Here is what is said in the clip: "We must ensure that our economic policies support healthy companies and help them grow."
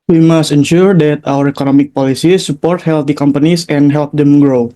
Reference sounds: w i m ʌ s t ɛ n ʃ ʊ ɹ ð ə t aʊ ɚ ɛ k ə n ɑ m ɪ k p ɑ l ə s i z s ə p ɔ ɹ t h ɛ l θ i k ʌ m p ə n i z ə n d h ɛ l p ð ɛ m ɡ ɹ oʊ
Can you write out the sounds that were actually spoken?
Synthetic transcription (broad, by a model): w i m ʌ s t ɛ n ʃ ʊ ɹ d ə t aʊ ɚ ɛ k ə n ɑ m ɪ k p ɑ l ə s i s ə p ɔ ɹ t h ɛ l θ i k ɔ m p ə n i s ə n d h ɛ l p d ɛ m ɡ ɹ oʊ